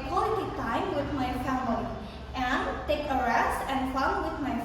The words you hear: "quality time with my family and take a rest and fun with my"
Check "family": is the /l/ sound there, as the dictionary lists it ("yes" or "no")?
no